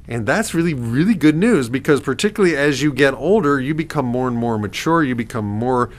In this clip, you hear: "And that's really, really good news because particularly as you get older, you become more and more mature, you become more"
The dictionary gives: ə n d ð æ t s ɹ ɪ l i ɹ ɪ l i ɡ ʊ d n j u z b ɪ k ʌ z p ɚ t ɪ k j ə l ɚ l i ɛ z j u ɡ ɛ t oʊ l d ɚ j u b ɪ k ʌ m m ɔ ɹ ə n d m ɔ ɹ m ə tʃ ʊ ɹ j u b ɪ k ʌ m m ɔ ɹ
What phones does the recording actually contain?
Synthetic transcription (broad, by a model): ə n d ð æ t s ɹ ɪ l i ɹ ɪ l i ɡ ʊ d n j u z b ɪ k ʌ z p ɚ t ɪ k j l l i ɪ z j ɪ ɡ ɛ t oʊ l d ɚ j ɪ b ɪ k ʌ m m ɔ ɹ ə n m ɔ ɹ m ə tʃ ʊ ɹ j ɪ b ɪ k ʌ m m ɔ ɹ